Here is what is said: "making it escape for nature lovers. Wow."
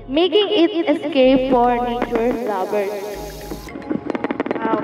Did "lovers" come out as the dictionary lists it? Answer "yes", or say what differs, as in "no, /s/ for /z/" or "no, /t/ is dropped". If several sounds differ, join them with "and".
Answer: no, /b/ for /v/